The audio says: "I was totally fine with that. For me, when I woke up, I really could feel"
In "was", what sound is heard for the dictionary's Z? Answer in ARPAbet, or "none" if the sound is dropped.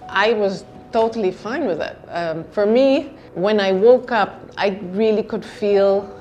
Z